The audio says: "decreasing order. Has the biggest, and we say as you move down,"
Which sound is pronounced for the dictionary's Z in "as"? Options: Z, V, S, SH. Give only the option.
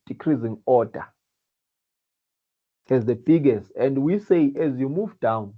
Z